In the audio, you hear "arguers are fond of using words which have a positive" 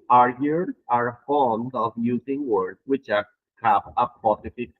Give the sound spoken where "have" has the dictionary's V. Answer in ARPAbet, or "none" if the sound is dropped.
P